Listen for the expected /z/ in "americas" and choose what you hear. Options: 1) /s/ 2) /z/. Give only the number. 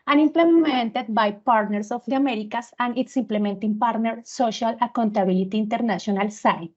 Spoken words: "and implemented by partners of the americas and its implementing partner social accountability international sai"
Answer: 1